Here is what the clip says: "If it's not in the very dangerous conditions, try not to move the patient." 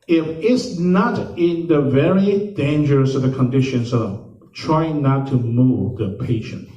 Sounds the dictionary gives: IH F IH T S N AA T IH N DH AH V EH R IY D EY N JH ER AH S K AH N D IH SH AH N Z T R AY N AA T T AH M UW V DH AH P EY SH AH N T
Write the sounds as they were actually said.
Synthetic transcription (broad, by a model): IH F IH T S N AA T IH N DH AH V EH R IY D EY N JH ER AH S K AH N D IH SH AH N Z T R AY N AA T T AH M UW V DH AH P EY SH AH N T